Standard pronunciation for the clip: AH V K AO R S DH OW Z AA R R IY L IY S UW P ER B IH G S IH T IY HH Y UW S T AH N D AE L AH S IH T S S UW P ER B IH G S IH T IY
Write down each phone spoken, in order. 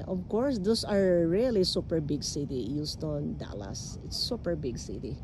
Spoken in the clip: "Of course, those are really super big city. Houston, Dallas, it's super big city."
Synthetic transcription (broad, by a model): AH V K AO R S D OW S AA R R IY L IY S UW P ER B IH G S IH T IY Y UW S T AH N D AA L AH S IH T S S UW P ER B IH G S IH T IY